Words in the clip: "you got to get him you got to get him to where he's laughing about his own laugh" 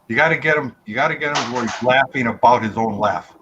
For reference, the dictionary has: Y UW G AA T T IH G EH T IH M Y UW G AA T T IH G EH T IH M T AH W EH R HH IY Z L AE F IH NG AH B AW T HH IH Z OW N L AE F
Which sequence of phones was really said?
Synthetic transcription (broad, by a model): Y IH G AA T T IH G EH T IH M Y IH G AA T T IH G EH T IH M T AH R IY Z L AE F IH NG AH B AW T HH IH Z OW N L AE F